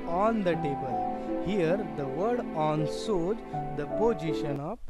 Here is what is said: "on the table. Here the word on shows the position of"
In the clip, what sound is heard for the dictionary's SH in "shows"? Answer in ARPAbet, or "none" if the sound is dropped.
S